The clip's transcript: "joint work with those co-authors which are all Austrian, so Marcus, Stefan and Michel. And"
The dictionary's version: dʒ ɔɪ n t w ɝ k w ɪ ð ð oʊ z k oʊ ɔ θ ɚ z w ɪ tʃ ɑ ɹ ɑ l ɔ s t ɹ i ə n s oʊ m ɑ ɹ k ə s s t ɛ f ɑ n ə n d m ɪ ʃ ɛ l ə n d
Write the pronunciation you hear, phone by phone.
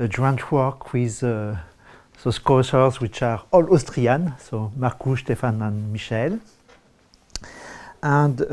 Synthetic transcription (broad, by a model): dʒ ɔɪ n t w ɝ k w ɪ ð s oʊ s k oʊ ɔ s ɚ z w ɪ tʃ ɑ ɹ ɑ l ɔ s t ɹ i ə n s oʊ m ɑ ɹ k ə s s t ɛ f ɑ n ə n m ɪ ʃ ɛ l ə n d